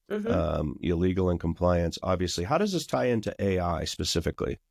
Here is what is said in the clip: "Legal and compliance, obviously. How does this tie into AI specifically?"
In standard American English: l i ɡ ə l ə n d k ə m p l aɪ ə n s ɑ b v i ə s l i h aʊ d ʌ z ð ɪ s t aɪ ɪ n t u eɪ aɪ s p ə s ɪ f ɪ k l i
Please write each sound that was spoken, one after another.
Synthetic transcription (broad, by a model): l i ɡ l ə n k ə m p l aɪ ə n s ɑ b v i ə s l i h aʊ d ʌ z ð ɪ s t aɪ ɪ n t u eɪ aɪ s p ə s ɪ f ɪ k l i